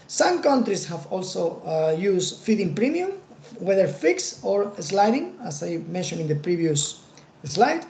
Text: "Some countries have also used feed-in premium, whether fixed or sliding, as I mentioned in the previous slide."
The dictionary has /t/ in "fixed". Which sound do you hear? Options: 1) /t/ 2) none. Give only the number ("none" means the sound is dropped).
2